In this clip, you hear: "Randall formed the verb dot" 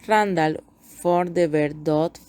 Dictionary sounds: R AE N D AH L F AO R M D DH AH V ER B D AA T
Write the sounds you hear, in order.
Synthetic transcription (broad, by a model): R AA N D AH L F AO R D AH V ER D D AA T